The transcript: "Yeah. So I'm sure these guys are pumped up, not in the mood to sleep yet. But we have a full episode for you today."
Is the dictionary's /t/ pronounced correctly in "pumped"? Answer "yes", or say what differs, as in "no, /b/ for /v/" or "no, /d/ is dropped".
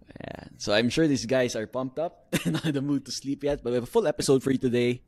yes